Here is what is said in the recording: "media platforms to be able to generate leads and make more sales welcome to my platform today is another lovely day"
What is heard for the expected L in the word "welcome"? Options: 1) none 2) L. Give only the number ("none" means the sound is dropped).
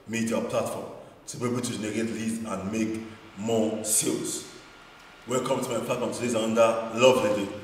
1